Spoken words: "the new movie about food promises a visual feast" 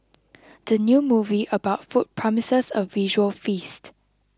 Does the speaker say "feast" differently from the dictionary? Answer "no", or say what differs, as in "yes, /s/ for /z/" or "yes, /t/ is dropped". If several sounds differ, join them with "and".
no